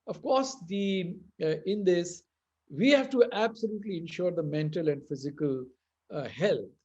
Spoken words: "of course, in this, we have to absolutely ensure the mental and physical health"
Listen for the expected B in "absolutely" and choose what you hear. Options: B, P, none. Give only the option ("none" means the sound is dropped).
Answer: B